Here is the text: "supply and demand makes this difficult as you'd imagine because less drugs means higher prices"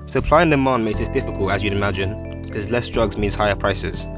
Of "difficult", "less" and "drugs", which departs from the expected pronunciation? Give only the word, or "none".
none